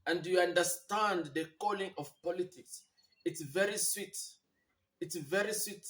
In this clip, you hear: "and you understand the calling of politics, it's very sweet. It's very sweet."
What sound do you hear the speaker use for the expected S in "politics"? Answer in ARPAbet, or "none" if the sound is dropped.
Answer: S